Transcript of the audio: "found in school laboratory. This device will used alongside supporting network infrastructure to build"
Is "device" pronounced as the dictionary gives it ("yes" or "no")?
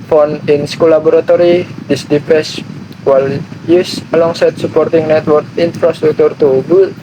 no